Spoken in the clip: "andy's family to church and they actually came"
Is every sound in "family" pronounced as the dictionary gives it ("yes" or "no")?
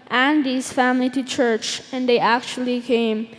yes